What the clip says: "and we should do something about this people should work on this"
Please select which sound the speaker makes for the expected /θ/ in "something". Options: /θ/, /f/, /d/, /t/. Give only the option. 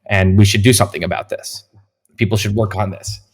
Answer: /θ/